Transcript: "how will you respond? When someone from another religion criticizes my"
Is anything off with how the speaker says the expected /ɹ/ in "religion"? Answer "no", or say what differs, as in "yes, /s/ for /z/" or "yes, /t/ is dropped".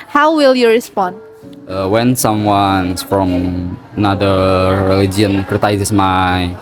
yes, /l/ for /ɹ/